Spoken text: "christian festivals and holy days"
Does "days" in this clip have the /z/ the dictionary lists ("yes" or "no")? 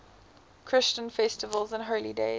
no